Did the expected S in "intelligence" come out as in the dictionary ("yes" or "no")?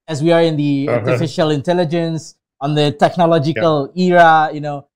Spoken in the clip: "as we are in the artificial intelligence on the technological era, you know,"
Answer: yes